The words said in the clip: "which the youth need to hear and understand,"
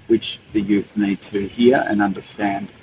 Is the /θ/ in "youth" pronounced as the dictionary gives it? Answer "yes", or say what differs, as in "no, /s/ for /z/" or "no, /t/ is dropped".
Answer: yes